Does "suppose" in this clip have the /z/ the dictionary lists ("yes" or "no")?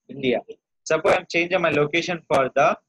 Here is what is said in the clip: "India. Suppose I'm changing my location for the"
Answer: no